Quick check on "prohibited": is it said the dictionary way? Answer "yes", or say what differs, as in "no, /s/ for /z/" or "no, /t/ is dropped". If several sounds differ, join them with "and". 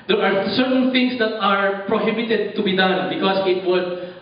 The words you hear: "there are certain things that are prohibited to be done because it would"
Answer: yes